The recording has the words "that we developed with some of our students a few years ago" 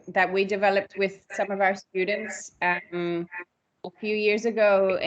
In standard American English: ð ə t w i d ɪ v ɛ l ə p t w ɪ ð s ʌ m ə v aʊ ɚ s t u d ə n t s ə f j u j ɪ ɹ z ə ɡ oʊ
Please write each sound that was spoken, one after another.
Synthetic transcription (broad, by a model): ð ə t w i d ɪ v ɛ l ə p t w ɪ ð s ʌ m ə v aʊ ɚ s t u d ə n t s ə f j u j ɪ ɹ z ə ɡ oʊ